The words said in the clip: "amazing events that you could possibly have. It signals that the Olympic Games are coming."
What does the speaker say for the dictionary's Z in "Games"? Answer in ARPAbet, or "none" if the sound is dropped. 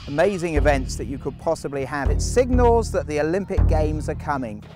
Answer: Z